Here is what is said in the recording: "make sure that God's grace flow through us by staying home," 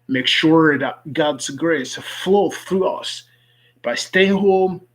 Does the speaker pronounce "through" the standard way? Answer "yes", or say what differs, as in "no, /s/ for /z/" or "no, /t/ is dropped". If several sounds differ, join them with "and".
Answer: yes